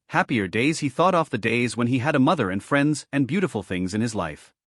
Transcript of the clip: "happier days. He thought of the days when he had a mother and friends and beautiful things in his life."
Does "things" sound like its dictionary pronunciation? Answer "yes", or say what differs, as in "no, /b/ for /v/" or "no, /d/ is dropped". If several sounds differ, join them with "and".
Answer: yes